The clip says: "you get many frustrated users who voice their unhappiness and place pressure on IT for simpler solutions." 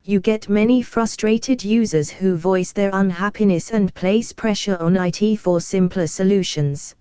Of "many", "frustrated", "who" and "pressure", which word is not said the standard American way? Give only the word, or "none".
none